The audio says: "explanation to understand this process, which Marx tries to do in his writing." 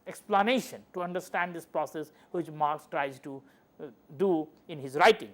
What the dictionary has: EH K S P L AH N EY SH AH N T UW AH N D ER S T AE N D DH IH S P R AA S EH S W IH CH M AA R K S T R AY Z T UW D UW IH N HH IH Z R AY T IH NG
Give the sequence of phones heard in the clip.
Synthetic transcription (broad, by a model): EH K S P L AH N EY SH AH N T UW AH N D ER S T AE N D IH S P R AA S EH S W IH CH M AA R K S T R AY Z T UW D UW IH N HH IH Z R AY T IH NG